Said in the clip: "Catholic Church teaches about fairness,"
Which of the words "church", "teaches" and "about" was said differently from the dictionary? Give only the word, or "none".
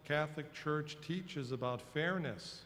none